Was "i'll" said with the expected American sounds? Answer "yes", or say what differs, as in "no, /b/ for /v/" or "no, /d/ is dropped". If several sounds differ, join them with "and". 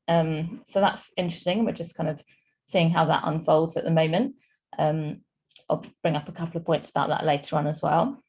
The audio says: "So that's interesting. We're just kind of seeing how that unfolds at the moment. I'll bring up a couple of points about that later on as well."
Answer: yes